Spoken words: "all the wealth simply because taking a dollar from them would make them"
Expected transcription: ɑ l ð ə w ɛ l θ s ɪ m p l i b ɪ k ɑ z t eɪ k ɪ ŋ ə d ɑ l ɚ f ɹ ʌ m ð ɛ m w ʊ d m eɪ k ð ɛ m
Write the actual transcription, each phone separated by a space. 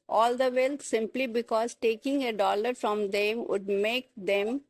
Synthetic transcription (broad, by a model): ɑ l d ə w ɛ l t s ɪ m p l i b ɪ k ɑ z t eɪ k ɪ ŋ ə d ɑ l ɚ f ɹ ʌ m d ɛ m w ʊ d m eɪ k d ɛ m